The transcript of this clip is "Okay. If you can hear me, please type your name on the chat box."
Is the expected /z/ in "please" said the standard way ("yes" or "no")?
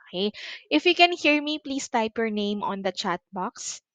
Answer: no